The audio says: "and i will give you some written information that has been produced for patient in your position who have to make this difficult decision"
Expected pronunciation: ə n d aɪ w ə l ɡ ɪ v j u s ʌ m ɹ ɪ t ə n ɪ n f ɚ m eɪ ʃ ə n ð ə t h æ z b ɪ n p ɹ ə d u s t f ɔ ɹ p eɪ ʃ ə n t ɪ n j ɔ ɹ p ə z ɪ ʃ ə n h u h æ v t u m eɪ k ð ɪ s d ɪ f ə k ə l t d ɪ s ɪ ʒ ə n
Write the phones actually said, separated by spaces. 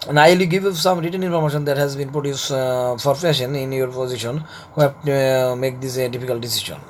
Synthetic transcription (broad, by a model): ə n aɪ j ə ɡ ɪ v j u s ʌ m ɹ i t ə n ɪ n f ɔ m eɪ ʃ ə n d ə t h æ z b ɪ n p ɹ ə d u s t f ɔ ɹ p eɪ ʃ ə n ɪ n j ɔ ɹ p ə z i ʃ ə n h u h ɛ p t u m eɪ k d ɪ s d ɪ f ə k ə l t d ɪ s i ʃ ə n